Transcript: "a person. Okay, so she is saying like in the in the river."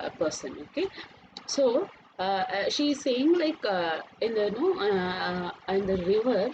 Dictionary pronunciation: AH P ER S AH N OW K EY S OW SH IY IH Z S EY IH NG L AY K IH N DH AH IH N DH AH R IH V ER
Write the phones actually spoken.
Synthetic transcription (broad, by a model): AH P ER S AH N OW K EY S OW SH IY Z S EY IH NG L AY K IH N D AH IH N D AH R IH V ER